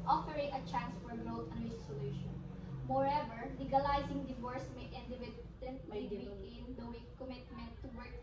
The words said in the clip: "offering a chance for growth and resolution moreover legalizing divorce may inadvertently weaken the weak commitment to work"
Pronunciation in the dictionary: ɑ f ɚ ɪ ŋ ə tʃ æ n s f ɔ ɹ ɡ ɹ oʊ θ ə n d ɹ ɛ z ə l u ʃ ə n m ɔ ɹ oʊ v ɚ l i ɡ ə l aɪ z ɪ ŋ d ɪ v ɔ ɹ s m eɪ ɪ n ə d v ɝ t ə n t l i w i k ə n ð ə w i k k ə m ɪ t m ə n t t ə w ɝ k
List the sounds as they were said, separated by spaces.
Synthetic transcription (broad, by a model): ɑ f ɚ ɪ ŋ ə tʃ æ n s f ɔ ɹ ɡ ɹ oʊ t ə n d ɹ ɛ s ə l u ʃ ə n m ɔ ɹ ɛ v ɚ l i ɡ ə l aɪ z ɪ ŋ d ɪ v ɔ ɹ s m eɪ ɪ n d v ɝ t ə n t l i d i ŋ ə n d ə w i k k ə m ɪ t m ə n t t ə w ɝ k